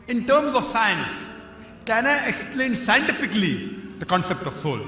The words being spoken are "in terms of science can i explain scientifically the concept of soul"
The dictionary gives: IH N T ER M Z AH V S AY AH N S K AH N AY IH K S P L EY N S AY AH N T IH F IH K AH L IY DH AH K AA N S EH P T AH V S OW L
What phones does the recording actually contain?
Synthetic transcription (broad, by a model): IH N T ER M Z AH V S AY AH N S K AH N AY IH K S P L EY N S AY AH N T IH F IH K AH L IY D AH K AA N S EH P T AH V S OW L